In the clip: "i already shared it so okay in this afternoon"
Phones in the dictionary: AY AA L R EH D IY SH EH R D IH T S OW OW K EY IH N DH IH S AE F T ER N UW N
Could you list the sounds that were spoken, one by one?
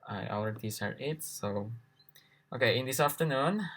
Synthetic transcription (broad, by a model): AY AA L R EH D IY S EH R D IH T S OW OW K EY IH N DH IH S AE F T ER N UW N